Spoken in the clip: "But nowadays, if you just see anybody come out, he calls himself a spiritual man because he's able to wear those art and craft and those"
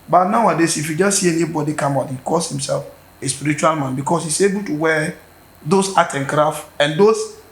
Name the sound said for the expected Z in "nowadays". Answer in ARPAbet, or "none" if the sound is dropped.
S